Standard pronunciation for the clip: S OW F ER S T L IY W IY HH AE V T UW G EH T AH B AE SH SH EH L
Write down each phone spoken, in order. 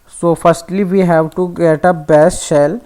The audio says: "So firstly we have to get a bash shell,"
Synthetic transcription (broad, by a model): S OW F ER S T L IY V IY HH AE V T UW G EH T AH B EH S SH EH L